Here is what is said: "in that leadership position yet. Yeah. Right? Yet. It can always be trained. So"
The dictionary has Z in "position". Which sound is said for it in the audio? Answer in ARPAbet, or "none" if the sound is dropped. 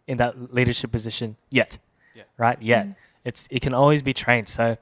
Z